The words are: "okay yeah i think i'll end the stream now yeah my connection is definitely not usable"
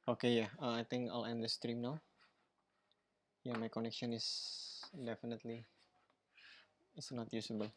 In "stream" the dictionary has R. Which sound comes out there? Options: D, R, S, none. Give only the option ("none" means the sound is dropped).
R